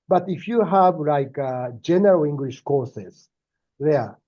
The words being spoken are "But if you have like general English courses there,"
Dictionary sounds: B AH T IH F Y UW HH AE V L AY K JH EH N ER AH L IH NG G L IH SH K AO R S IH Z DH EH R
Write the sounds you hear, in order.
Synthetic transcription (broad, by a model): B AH T IH F Y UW HH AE V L AY K JH EH N ER AH L IH NG G L IH SH K AO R S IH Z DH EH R